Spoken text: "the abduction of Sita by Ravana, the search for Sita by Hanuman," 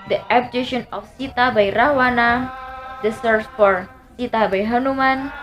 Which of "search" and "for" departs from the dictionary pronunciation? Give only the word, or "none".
search